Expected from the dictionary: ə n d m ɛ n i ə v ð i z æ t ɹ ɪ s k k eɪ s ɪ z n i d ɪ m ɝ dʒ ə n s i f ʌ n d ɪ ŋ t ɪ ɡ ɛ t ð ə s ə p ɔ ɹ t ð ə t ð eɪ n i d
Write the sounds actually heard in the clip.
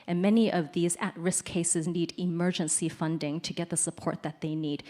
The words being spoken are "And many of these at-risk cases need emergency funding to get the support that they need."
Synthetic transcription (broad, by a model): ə n m ɛ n i ə v ð i z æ t ɹ ɪ s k k eɪ s ɪ z n i d ɪ m ɝ dʒ ə n s i f ʌ n d ɪ ŋ t ɪ ɡ ɛ t ð ə s ə p ɔ ɹ t ð ə t ð eɪ n i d